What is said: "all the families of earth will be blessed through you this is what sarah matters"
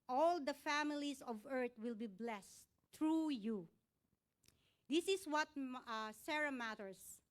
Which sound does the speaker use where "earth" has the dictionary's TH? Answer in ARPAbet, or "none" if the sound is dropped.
T